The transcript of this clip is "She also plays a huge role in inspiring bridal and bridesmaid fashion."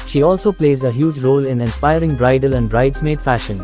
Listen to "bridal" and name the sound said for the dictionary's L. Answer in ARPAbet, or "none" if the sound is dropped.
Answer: L